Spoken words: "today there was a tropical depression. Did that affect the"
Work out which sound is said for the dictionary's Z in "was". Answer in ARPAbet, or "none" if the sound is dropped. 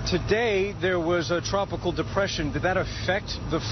Z